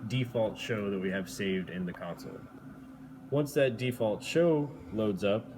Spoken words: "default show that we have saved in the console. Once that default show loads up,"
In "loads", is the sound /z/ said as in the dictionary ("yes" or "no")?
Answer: yes